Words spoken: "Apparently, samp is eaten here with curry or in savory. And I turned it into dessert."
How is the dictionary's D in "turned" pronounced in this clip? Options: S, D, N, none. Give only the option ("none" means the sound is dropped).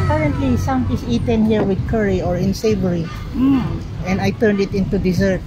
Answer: D